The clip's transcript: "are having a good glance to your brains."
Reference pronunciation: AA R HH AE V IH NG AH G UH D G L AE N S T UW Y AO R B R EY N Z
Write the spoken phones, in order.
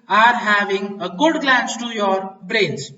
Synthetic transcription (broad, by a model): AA R HH AE V IH NG AH G UH D G L AE N S T UW Y AO R B R EY N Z